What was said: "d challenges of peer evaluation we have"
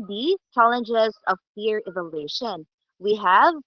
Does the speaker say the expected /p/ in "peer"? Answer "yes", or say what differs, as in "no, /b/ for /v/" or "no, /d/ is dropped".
no, /f/ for /p/